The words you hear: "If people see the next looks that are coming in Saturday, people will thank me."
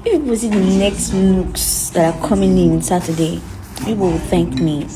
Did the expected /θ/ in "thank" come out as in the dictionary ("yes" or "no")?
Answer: yes